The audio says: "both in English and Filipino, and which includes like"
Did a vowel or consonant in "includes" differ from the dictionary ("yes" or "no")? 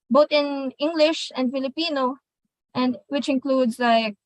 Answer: no